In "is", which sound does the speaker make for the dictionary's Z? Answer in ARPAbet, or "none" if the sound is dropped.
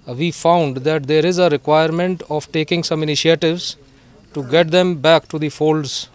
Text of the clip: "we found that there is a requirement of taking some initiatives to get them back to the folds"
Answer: Z